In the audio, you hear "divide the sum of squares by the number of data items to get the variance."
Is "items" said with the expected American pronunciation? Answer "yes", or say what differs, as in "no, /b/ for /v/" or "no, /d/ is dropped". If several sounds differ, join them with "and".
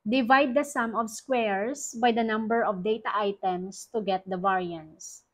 no, /s/ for /z/